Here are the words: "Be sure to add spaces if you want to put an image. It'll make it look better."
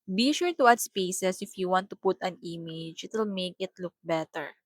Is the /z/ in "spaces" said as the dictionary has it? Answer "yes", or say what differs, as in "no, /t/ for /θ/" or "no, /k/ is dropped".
no, /s/ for /z/